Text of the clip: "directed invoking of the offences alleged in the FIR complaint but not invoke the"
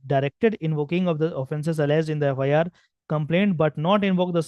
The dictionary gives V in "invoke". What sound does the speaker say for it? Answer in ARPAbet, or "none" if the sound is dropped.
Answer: V